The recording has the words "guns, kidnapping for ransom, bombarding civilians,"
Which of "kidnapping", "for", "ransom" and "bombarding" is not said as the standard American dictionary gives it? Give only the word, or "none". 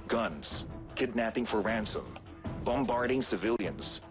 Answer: none